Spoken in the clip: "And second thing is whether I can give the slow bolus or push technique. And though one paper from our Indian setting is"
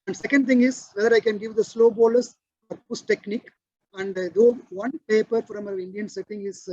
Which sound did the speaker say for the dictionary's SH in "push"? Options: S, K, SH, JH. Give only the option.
S